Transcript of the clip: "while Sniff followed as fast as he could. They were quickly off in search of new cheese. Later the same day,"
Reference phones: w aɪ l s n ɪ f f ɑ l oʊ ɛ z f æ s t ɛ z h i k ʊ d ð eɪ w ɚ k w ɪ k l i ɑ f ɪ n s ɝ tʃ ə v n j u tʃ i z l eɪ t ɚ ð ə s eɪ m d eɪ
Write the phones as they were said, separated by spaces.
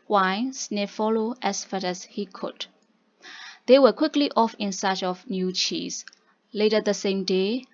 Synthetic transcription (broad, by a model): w aɪ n s n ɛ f f ɑ l oʊ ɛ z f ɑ t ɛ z h i k ʊ d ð eɪ w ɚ k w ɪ k l i ɑ f ɪ n s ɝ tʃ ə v n j u tʃ i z l eɪ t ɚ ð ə s eɪ m d eɪ